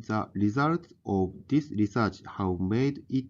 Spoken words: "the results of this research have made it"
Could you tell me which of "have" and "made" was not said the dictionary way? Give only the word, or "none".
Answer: have